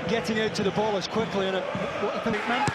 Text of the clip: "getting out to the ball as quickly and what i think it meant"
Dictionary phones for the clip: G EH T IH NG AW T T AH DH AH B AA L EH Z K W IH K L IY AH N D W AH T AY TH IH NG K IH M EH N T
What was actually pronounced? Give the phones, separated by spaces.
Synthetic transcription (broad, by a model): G EH T IH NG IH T T AH DH AH B AA L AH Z K W IH K L IY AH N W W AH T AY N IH K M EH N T